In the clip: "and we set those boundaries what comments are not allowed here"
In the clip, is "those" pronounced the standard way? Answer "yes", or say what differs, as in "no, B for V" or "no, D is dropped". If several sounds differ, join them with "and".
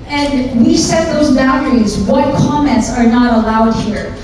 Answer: yes